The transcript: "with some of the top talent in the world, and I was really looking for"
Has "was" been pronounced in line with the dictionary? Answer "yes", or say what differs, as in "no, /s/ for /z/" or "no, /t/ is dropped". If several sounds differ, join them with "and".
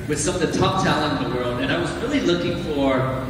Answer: yes